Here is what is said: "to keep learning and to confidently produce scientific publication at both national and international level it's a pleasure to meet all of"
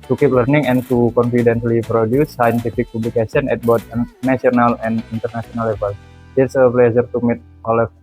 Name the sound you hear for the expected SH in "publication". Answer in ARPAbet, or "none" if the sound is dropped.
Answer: S